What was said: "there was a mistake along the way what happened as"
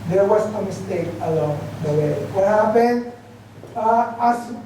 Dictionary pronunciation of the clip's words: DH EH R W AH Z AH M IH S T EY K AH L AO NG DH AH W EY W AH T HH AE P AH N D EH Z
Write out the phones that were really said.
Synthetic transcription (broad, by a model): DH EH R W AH S AH M IH S T EY K AH L AO NG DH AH W EY W AH T HH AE P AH N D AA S